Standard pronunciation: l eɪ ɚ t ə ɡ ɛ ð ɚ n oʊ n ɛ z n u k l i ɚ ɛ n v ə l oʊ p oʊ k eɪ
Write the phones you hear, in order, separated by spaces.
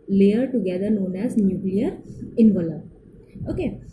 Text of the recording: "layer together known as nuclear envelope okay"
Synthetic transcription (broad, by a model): l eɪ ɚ t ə ɡ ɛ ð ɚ n oʊ n ɛ z n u k l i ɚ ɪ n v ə l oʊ oʊ k eɪ